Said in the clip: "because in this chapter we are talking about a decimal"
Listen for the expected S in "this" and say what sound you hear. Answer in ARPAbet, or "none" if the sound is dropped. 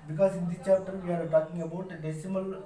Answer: none